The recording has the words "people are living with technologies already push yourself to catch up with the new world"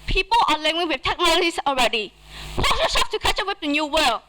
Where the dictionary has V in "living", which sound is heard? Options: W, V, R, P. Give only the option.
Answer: W